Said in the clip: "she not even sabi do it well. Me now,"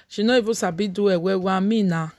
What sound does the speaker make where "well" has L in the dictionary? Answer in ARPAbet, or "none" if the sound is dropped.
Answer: W